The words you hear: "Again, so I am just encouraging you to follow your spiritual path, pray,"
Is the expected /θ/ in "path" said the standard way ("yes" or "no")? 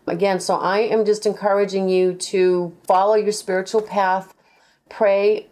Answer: yes